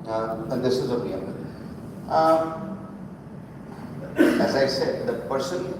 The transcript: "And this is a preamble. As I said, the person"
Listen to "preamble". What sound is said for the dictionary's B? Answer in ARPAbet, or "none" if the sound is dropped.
none